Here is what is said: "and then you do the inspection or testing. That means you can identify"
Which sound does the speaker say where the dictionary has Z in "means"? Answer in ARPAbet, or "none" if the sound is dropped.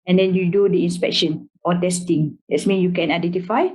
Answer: none